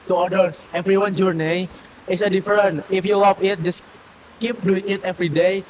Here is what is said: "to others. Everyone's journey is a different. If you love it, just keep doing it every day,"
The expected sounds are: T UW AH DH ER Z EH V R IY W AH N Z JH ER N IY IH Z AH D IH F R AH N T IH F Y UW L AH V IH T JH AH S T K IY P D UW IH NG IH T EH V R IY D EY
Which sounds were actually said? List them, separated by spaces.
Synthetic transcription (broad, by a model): T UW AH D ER S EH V R IY W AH N JH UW N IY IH S AH D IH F R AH N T IH F Y UW L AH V IH T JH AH S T K IY P D UW IH NG IH T EH V R IY D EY